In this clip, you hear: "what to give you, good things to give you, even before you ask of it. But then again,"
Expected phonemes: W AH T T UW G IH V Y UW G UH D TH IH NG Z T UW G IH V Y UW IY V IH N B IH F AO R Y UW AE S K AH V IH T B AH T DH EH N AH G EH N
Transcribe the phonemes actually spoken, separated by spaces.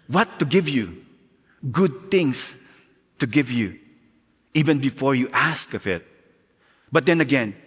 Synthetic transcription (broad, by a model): W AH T T UW G IH V Y UW G UH D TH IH NG S T UW G IH V Y UW IY V IH N B IH F AO R Y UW AE S K AH V IH T B AH T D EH N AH G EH N